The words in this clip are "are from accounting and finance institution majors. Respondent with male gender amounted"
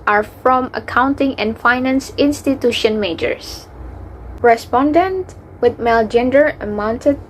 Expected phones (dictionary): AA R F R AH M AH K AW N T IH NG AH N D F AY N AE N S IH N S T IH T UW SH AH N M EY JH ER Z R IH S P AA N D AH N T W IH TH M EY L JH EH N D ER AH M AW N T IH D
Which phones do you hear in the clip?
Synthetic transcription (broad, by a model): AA R F R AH M AH K AW N T IH NG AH N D F AY N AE N S IH N S T IH T UW SH AH N M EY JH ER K R IH S P AA N D AH N T W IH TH M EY L JH EH N D ER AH M AW N T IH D